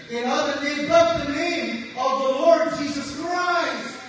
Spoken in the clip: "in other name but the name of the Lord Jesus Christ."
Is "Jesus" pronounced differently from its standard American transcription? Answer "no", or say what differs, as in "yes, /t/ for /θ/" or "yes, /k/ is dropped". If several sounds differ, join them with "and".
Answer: no